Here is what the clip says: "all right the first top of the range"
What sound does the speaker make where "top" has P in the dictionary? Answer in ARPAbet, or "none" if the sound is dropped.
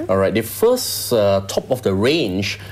P